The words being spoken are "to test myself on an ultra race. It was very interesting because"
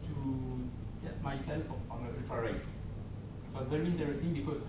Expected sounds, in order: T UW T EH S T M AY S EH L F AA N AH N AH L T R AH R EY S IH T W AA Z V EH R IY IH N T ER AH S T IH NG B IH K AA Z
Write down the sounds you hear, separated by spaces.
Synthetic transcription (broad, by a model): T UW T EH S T M AY S EH L F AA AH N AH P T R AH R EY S IH T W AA S V EH R IY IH N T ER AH S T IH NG B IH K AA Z